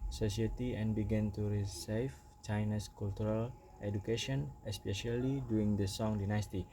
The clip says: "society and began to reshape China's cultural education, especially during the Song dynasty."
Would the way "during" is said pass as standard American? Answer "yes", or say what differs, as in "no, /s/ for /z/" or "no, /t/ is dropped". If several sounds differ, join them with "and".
no, /ɹ/ is dropped